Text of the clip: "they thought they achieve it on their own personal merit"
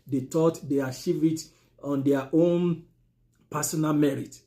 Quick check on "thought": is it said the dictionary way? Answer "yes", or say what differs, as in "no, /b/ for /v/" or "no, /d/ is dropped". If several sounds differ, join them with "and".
no, /t/ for /θ/